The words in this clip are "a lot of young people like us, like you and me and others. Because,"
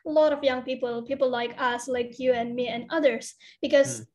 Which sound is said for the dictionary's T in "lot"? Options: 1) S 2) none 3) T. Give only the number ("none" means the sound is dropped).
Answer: 3